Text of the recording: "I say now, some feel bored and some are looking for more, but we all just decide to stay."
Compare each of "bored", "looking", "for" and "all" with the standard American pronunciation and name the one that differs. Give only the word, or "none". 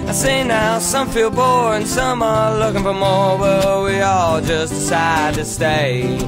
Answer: bored